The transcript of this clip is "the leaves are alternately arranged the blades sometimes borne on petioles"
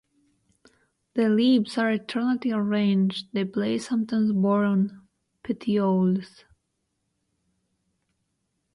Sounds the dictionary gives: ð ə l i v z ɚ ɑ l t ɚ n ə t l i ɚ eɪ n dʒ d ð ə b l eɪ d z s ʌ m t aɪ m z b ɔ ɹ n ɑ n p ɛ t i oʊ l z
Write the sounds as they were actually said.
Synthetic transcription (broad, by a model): ð ə l i b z ɚ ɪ t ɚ n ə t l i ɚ eɪ n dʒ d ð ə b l eɪ s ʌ m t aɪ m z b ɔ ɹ ɑ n p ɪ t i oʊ l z